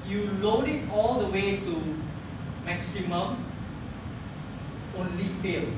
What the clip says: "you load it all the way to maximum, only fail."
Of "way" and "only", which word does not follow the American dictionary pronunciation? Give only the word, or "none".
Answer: none